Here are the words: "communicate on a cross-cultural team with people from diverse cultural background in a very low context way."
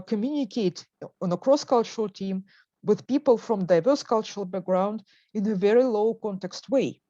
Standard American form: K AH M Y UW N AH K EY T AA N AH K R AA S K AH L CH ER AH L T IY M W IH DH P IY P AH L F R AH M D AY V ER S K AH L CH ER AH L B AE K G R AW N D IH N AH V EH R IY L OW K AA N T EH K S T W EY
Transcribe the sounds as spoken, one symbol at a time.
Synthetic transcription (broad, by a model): K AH M Y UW N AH K EY T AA N AH K R AA S K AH L CH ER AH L T IY M W IH DH P IY P AH L F R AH M D AY V ER S K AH L CH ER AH L B AE K G R AW N D IH N AH V EH R IY L OW K AA N T EH K S T W EY